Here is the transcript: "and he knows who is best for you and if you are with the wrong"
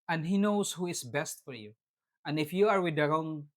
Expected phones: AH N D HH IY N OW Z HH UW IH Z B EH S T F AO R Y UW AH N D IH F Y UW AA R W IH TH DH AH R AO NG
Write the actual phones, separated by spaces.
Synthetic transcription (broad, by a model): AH N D HH IY N OW S HH UW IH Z B EH S T F AO R Y UW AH N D IH F Y UW AA R W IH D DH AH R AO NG